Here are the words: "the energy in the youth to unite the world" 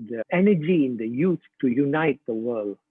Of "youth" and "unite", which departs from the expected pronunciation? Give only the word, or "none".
youth